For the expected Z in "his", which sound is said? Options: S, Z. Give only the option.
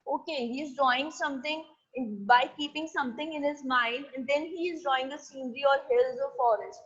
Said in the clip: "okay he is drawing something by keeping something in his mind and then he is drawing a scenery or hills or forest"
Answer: Z